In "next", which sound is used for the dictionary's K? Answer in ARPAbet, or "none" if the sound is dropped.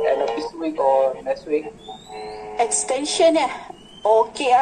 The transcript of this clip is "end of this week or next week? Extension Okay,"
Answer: none